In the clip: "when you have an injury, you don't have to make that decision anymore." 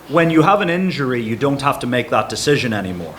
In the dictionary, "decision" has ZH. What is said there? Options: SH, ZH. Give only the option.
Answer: ZH